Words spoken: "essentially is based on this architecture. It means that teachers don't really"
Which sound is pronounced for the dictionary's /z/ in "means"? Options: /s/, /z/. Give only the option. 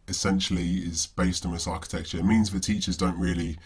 /z/